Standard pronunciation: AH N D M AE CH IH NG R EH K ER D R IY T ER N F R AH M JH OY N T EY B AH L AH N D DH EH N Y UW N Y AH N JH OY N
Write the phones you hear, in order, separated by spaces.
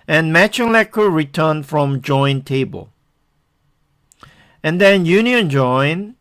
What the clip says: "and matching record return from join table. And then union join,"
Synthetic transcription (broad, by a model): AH N M AE CH IH NG L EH K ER R IY T ER N F R AH M JH OY N T EY B AH L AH N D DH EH N Y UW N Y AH N JH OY N